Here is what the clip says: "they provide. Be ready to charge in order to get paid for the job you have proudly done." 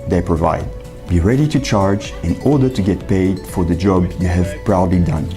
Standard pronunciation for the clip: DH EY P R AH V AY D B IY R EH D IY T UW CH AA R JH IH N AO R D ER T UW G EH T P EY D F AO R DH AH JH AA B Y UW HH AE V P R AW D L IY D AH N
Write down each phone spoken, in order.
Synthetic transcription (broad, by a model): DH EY P R AH V AY D B IY R EH D IY T UW CH AA R JH IH N AO R D ER T UW G EH T P EY D F AO R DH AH JH AA B Y UW HH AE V P R AW D L IY D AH N